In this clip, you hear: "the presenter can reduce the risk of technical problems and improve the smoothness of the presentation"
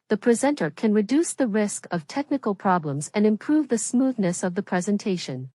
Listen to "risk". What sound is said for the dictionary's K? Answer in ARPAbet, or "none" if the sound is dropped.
K